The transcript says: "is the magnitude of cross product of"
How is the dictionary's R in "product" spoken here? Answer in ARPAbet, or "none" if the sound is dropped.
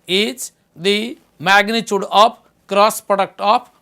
R